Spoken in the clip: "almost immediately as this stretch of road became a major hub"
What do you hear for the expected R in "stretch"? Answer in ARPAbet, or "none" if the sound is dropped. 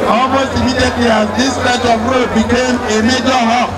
none